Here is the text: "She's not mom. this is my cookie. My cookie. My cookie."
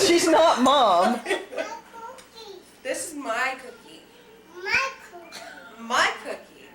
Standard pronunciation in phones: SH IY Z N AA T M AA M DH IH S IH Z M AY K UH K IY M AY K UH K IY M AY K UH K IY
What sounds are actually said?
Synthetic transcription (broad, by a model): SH IY Z N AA T M AA M DH IH S IH Z M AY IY K UH K IY M AY K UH K IY